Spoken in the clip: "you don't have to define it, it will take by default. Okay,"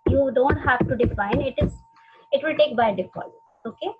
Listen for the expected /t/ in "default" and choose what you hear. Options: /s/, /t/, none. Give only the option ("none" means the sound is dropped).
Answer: none